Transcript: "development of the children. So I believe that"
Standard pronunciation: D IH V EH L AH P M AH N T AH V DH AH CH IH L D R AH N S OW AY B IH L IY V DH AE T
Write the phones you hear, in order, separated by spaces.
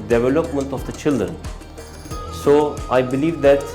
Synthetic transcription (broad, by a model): D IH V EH L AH P M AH N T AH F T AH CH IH L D AH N S OW AY B IH L IY V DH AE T